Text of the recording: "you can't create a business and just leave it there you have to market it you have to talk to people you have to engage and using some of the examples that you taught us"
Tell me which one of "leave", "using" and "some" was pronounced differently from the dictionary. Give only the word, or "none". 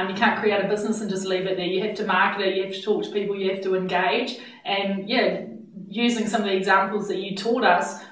none